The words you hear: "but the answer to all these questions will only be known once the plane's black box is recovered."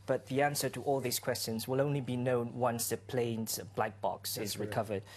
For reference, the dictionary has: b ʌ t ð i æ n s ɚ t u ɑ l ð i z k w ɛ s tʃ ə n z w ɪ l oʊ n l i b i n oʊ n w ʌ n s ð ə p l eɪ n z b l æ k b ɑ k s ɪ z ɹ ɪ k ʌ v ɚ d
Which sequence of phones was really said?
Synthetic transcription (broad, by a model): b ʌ t ð i æ n s ɚ t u ɑ l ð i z k w ɛ s tʃ ə n z w ɪ l oʊ n l i b i n oʊ n w ʌ n s ð ə p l eɪ n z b l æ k b ɑ k s ɪ z ɹ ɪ k ʌ v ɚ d